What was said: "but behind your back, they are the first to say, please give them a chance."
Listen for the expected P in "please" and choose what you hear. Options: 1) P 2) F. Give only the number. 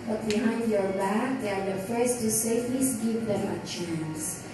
2